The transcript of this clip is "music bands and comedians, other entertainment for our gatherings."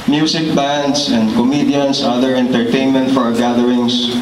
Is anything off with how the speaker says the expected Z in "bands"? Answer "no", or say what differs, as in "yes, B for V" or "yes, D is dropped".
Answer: yes, S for Z